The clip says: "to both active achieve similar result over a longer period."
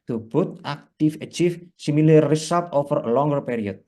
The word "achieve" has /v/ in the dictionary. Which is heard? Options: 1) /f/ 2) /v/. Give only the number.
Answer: 1